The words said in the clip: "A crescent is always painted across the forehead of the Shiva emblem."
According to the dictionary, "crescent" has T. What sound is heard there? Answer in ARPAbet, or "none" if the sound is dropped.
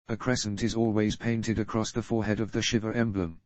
T